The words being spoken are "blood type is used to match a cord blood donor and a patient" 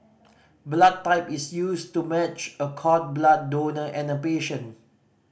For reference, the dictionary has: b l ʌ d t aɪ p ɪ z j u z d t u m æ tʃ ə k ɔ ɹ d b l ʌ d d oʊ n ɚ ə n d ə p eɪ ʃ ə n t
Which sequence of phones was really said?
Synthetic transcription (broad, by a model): b l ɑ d t aɪ p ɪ s j u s t u m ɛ tʃ ə k ɔ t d b l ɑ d d oʊ n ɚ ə n ə p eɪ ʃ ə n